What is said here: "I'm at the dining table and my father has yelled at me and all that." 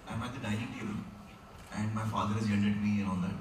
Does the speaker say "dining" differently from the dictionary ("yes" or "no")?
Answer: yes